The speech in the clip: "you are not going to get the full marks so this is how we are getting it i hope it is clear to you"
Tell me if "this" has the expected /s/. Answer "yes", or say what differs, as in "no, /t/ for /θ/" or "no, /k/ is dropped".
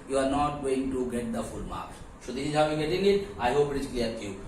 no, /s/ is dropped